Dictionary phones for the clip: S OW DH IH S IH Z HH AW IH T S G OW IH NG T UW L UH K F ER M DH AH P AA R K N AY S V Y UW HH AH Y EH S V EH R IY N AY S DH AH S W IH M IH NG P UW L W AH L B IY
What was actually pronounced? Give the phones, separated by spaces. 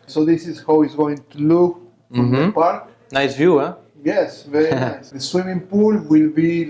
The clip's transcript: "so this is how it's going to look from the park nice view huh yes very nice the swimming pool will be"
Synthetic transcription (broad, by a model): S OW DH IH S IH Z HH AW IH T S G OW IH NG T UW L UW K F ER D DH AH P AA R K N AY S V Y UW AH Y EH S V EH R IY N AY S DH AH S W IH M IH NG P UW L W AH L B IY